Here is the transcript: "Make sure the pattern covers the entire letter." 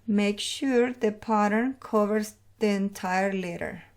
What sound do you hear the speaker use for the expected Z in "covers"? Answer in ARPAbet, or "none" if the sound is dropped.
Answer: S